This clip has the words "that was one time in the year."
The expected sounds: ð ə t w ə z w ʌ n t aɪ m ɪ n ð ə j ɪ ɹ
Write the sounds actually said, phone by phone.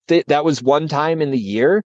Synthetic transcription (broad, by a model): ð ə t w ə z w ʌ n t aɪ m ɪ n ð ə j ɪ ɹ